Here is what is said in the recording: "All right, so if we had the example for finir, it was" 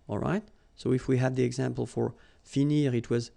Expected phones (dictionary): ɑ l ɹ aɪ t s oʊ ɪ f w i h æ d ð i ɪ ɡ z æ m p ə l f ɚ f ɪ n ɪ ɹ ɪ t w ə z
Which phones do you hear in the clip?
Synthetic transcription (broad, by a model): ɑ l ɹ aɪ t s oʊ ɪ f w i h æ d ð i ɪ ɡ z æ m p ə l f ɚ f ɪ n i ɹ ɪ t w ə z